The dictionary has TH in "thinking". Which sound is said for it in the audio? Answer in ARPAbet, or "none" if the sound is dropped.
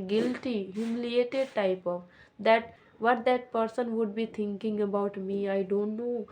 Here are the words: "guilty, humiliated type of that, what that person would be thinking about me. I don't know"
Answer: T